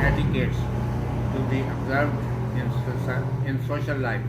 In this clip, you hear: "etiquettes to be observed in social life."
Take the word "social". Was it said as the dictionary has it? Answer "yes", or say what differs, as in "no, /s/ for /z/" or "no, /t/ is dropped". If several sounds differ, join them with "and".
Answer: no, /s/ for /ʃ/